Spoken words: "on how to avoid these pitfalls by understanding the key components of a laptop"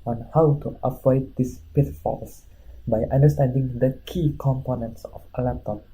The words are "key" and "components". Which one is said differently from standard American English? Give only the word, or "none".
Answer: none